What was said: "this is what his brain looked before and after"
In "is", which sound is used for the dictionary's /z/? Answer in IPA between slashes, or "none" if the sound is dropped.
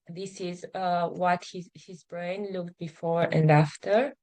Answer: /z/